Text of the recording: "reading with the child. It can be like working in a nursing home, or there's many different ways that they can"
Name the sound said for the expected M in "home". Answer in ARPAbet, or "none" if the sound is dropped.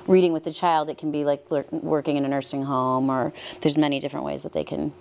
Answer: M